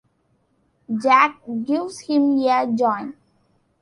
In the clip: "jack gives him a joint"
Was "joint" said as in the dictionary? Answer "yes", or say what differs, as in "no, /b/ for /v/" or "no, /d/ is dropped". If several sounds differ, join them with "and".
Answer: no, /t/ is dropped